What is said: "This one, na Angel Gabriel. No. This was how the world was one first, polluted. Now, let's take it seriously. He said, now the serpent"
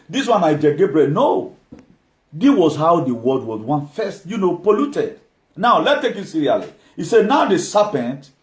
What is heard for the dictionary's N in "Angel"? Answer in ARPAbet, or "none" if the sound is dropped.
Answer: none